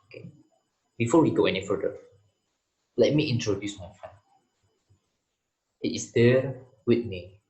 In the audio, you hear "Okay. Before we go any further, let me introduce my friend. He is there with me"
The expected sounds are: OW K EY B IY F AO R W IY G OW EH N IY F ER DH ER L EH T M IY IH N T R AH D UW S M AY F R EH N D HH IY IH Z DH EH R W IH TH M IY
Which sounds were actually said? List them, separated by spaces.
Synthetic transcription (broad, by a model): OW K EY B IY F AO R W IY G OW EH N IY F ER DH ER L EH T M IY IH N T R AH D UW S M AY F EH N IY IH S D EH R W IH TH M IY